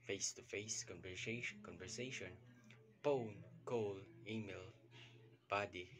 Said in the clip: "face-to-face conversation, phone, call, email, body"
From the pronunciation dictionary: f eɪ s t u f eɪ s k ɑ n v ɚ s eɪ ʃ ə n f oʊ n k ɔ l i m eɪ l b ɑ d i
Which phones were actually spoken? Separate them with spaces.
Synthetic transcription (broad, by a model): f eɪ s t u f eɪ s k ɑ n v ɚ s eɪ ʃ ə n p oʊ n k ɔ l i m eɪ l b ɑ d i